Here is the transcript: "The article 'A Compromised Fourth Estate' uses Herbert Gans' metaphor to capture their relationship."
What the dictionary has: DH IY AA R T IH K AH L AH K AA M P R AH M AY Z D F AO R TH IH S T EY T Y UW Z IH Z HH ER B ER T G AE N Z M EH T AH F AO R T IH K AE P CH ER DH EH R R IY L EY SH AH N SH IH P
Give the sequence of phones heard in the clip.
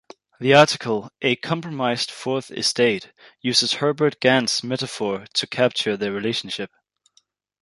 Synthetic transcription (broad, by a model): DH IY AA R T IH K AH L AH K AA M P R AH M AY Z D F AO R TH IH S T EY T Y UW Z IH Z HH ER B ER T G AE N S M EH T AH F AO R T IH K AE P CH ER DH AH R R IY L EY SH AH N SH IH P